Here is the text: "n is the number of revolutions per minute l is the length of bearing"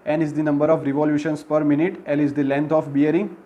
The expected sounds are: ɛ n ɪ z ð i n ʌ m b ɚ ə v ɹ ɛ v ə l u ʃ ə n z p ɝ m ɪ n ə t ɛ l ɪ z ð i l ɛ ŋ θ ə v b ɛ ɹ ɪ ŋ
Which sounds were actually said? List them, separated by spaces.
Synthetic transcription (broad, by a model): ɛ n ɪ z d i n ʌ m b ɚ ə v ɹ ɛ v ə l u ʃ ə n s p ɝ m ɪ n ə t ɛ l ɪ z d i l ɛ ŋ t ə f b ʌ ɹ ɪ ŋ